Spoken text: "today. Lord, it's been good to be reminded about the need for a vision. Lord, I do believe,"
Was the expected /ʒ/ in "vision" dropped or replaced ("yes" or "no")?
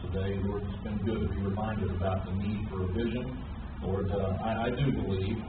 no